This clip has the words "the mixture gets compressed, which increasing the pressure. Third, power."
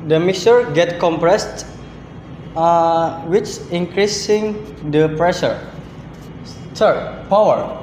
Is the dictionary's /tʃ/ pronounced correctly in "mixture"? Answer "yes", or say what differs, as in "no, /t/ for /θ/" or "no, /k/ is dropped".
no, /tʃ/ is dropped